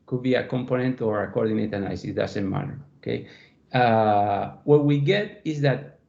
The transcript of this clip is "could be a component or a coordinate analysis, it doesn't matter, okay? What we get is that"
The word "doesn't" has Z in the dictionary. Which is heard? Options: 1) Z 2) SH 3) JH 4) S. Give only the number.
4